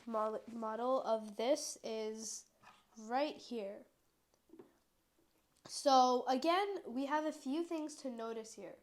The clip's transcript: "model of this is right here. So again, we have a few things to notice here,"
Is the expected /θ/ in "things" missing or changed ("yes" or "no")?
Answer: no